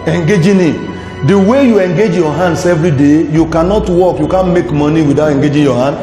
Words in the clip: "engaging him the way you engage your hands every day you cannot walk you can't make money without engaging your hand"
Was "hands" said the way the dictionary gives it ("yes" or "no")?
no